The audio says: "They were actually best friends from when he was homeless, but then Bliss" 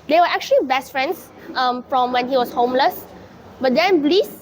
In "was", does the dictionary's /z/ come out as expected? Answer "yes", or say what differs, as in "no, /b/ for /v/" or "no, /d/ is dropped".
no, /s/ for /z/